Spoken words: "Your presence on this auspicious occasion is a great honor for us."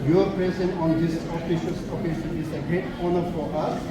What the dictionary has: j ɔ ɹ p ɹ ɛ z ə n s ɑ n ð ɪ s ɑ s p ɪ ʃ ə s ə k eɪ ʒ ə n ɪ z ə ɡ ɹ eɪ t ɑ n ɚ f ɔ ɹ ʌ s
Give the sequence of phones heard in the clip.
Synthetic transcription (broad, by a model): j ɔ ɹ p ɹ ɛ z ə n ɑ n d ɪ s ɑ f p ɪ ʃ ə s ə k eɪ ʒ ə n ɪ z ə ɡ ɹ eɪ t ɑ n ɚ f ɔ ɹ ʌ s